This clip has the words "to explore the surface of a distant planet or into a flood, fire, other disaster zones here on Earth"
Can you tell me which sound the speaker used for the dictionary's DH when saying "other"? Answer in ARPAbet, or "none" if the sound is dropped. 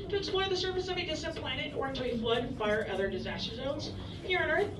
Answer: DH